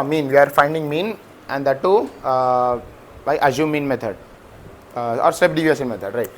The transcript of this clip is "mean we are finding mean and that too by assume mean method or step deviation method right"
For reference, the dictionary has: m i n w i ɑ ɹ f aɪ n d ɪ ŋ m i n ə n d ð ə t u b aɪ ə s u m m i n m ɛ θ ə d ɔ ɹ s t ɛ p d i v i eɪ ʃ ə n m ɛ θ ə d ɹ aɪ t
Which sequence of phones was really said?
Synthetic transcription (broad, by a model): m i n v i ɑ ɹ f aɪ n d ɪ ŋ m i n ə n d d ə t u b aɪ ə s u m m i n m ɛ t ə d ɔ ɹ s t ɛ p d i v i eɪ s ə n m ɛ t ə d ɹ aɪ t